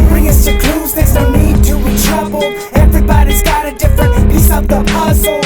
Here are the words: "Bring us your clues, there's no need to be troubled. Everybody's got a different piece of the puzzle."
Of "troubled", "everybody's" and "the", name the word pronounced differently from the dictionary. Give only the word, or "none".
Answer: troubled